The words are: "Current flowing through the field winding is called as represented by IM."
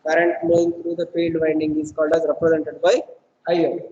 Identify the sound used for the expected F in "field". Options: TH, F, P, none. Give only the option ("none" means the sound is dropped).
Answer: P